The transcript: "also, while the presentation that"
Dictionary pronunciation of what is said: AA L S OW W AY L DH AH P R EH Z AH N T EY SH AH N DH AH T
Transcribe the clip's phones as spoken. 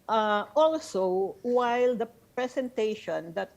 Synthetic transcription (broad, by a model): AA L S OW W AY L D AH P R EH S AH N T EY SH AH N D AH T